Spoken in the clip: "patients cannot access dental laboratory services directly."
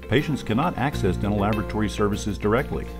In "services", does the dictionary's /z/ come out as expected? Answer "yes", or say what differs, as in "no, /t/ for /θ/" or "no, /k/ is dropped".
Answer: yes